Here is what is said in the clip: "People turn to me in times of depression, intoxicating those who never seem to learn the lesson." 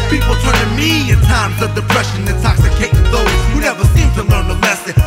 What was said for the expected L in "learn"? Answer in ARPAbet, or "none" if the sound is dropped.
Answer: L